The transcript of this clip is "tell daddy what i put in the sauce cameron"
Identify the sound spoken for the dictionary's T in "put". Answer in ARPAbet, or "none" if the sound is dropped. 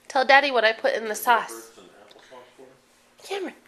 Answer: T